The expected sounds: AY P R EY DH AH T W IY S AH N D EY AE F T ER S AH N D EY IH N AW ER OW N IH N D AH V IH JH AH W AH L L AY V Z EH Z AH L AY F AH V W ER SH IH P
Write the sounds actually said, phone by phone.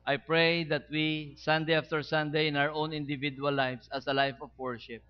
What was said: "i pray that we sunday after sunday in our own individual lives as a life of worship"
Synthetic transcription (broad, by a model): AY P R EY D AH T W IY S AH N D EY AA F T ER S AH N D EY IH N AW ER OW N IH N D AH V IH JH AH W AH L L AY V S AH S AH L AY F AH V W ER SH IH P